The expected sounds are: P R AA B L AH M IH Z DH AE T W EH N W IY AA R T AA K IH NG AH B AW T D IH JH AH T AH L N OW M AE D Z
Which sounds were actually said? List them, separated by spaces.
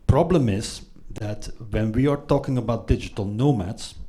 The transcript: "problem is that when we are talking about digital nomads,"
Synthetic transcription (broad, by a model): P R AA B L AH M IH Z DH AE T W EH N W IY AA R T AA K IH NG AH B AW T D IH JH AH T AH L N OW M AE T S